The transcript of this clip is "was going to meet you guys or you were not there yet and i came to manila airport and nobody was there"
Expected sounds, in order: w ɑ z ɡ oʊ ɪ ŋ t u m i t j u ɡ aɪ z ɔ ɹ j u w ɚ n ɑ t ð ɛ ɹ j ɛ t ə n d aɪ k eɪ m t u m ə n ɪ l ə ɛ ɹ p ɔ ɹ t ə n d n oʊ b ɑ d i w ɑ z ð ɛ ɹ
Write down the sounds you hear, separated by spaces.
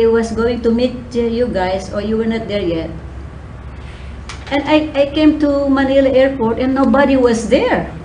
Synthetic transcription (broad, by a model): w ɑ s ɡ oʊ ɪ ŋ t u m i t j u ɡ aɪ s ɔ ɹ j u w ɚ n ɑ t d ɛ ɹ j ɛ t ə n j aɪ k eɪ m t u m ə n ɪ l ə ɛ ɹ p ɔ ɹ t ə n n oʊ b ɑ d i w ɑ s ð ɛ ɹ